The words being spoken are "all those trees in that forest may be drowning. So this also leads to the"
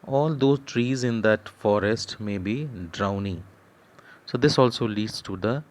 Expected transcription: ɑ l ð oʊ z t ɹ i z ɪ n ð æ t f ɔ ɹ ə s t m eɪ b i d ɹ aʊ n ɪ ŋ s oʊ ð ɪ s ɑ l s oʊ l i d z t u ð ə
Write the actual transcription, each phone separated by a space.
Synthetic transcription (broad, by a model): ɑ l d oʊ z t ɹ i z ɪ n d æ t f ɔ ɹ ə s t m eɪ b i d ɹ aʊ n ɪ ŋ s oʊ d ɪ s ɑ l s oʊ l i d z t u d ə